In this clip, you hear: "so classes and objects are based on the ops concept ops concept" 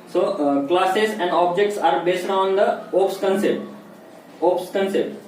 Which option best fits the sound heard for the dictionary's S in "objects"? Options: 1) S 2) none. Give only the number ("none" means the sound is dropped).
1